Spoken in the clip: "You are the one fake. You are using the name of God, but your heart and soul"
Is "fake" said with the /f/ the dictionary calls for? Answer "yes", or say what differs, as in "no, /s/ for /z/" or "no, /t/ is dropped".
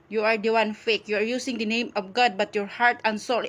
yes